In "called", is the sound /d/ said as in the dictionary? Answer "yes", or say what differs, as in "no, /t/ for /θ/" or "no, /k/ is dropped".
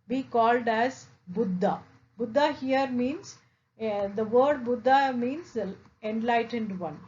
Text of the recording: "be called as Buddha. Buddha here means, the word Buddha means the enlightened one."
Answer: yes